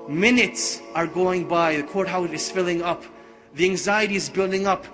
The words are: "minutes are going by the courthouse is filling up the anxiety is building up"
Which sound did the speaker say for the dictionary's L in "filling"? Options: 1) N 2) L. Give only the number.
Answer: 2